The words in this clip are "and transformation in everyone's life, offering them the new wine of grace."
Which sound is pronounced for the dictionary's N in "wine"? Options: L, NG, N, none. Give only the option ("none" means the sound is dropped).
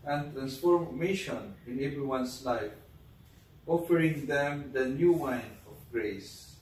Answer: N